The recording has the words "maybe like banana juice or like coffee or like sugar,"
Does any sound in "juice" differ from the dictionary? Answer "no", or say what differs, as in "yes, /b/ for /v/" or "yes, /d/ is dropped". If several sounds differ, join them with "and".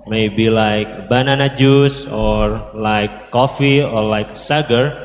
no